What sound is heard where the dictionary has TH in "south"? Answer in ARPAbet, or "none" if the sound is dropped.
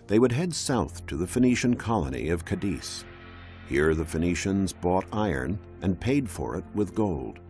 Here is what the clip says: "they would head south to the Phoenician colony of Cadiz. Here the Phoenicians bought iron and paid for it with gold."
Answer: TH